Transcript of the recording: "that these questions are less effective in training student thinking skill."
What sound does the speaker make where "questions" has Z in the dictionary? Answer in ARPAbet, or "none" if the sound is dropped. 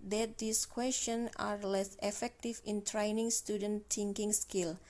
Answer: none